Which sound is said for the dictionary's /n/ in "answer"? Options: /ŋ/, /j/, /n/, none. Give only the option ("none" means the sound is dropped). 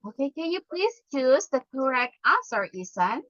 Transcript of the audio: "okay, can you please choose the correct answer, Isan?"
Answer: none